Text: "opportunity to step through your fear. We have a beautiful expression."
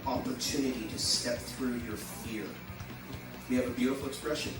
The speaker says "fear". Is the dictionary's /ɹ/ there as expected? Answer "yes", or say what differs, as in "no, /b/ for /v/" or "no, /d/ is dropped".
yes